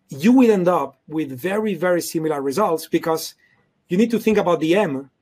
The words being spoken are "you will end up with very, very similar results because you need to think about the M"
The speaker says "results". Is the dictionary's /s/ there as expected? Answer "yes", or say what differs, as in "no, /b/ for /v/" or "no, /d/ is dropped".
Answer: yes